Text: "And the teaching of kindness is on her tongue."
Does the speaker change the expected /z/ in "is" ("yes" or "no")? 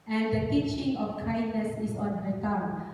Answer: yes